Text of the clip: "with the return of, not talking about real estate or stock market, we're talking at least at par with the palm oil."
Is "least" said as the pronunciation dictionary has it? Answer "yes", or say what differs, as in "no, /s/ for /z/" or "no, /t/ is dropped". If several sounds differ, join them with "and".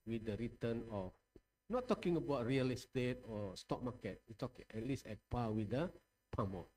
no, /t/ is dropped